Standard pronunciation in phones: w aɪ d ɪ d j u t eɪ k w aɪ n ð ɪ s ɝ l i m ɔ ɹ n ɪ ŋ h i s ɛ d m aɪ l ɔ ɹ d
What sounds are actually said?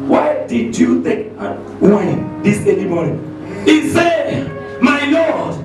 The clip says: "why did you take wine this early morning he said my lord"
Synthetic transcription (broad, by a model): w aɪ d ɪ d j u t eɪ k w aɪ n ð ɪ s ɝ n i m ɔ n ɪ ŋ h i s ɛ d m aɪ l ɔ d